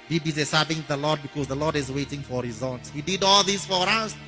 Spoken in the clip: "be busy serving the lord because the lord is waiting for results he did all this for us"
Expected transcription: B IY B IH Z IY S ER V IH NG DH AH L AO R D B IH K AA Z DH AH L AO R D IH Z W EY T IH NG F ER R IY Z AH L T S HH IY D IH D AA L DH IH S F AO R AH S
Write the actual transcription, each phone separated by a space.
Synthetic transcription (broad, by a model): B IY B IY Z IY S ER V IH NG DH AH L AO D B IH K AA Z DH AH L AO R D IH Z W EY T IH NG F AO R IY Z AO N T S HH IY D IH D AA L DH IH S F AO R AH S